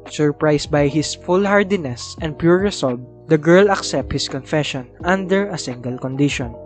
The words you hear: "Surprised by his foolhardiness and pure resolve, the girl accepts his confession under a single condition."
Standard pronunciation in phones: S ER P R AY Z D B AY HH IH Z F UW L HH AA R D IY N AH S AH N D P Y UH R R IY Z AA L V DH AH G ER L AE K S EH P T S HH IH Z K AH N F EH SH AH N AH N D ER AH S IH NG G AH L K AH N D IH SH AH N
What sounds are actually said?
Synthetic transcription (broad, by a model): S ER P R AY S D B AY HH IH S F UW L HH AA R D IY N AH S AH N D P Y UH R R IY S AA L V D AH G ER L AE K S EH P T HH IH S K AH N F EH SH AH N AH N D ER AH S IH NG G AH L K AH N D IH SH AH N